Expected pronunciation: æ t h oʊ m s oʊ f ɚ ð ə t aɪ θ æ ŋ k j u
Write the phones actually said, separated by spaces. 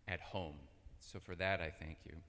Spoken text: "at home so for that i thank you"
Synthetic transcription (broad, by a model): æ t h oʊ m s oʊ f ɚ ð ə t aɪ θ æ ŋ k j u